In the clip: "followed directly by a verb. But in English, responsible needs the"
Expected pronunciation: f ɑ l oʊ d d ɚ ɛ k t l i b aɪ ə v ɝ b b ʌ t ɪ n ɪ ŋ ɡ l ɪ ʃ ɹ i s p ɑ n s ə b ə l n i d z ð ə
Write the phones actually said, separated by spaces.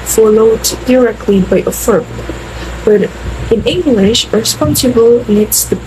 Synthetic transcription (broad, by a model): f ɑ l oʊ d d ɚ ɛ k t l i b aɪ ə f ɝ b b ʌ t ɪ n ɪ ŋ ɡ l ɪ ʃ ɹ s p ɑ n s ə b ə l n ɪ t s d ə